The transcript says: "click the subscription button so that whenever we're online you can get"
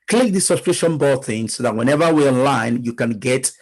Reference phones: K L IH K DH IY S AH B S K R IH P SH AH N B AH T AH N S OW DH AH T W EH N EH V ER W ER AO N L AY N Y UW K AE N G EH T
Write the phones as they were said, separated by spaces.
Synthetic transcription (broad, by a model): K L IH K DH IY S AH S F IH SH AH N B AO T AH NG S OW DH AH T W EH N EH V ER W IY AO N L AY N Y UW K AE N G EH T